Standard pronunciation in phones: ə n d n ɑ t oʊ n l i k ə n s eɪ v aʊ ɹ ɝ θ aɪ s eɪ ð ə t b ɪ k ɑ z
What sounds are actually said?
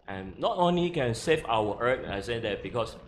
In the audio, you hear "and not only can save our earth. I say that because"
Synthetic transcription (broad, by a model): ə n n ɑ t oʊ n l i k ə n s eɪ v aʊ w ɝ t aɪ s eɪ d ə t b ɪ k ɑ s